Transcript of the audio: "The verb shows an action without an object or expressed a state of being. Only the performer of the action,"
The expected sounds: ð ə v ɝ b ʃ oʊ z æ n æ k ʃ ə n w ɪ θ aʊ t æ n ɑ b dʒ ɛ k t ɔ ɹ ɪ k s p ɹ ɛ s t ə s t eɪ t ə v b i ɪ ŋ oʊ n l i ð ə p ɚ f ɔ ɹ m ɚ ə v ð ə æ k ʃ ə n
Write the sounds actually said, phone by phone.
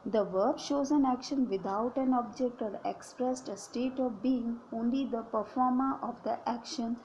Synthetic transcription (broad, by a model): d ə v ɝ b ʃ oʊ z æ n æ k ʃ ə n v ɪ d aʊ t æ n ɑ b dʒ ɛ k t ɔ ɹ ɪ k s p ɹ ɛ s t ə s t eɪ t ə v b i ɪ ŋ oʊ n l i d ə p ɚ f ɔ ɹ m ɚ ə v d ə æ k ʃ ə n